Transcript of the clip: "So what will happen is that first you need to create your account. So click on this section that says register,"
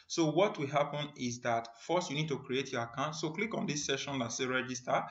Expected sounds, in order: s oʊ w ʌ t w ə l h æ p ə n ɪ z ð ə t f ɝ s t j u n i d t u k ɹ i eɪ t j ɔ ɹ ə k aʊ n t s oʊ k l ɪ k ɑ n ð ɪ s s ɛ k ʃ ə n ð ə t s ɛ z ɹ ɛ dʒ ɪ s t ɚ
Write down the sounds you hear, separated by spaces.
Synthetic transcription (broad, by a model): s oʊ w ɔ t w ə l h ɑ p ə n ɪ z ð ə t f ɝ s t j u n i d t u k ɹ i eɪ t j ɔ ə k aʊ n t s oʊ k l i k ɑ n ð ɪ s s ɛ ʃ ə n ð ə t s ɛ ɹ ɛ dʒ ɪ s t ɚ